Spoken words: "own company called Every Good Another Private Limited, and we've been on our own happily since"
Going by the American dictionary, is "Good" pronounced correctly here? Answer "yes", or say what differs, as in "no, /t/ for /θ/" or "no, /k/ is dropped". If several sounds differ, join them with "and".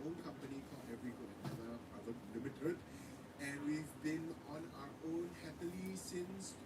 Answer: no, /d/ is dropped